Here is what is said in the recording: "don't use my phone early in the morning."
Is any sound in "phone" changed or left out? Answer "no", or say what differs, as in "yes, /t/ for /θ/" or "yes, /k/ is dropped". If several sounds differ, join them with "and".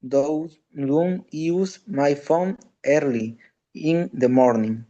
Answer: no